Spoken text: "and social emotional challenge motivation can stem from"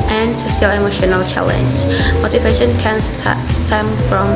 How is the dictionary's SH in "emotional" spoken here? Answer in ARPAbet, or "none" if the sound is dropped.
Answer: SH